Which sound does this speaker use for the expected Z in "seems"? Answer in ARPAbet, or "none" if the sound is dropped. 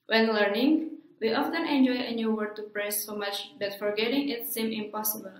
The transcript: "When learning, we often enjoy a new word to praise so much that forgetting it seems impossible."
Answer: none